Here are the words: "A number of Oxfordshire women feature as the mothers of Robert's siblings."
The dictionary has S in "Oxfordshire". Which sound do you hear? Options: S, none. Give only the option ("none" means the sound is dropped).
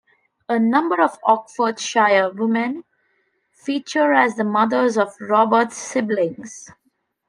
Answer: none